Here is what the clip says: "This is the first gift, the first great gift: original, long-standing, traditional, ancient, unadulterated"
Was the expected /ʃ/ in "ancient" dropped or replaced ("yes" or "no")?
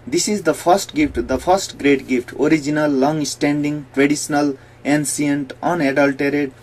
yes